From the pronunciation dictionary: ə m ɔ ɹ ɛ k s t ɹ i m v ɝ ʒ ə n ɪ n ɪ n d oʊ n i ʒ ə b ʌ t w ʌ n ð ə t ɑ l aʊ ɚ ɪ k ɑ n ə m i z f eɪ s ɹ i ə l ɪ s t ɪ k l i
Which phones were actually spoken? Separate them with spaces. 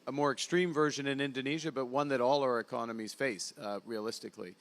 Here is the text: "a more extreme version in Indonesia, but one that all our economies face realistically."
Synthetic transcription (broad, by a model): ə m ɔ ɹ ɛ k s t ɹ i m v ɝ ʒ ə n ɪ n ɪ n d oʊ n i ʒ ə b ʌ t w ʌ n ð ə t ɑ l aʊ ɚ ɪ k ɑ n ə m i z f eɪ s ɹ i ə l ɪ s t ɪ k l i